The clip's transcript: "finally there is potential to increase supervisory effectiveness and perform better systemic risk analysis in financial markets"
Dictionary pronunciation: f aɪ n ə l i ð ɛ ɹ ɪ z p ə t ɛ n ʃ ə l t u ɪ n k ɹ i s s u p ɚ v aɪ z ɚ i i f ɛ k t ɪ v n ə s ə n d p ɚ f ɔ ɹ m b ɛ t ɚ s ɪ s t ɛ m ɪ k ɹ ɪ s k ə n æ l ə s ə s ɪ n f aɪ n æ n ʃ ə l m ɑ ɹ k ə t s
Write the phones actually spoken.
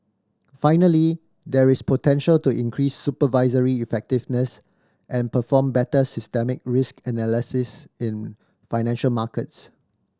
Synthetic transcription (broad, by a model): f aɪ n ə l i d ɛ ɹ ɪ s p ə t ɛ n ʃ ə l t u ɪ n k ɹ i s s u p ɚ v aɪ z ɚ i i f ɛ k t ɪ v n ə s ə n p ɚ f ɔ m b ɛ t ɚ s ɪ s t ɛ m ɪ k ɹ ɪ s k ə n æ l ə s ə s ɪ n f aɪ n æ n ʃ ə l m ɑ k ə t s